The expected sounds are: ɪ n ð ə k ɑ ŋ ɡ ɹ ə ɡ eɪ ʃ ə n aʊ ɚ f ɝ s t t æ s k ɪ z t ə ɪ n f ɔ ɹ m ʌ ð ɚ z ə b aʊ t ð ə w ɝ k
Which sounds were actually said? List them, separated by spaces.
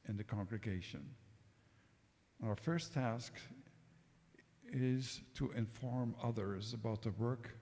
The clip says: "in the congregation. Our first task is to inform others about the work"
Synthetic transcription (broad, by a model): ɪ n ð ə k ɑ ŋ ɡ ɹ ə ɡ eɪ ʃ ə n aʊ ɚ f ɝ s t t æ s k ɪ z t ə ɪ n f ɔ ɹ m ʌ ð ɚ z ə b aʊ t ð ə w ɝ k